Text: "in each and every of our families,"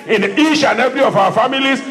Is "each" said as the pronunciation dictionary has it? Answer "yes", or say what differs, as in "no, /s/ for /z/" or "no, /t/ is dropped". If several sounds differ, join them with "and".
no, /ʃ/ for /tʃ/